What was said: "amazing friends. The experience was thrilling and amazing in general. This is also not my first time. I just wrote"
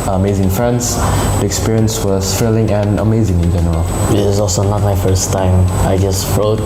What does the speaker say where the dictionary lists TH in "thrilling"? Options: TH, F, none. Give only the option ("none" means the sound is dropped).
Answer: F